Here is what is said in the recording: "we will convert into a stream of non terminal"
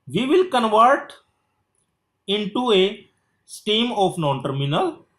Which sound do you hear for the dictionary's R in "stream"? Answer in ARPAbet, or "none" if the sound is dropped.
none